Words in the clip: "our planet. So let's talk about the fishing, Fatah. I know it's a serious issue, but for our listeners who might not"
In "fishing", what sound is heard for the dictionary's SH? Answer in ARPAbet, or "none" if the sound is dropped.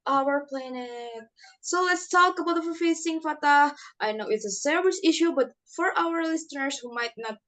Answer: S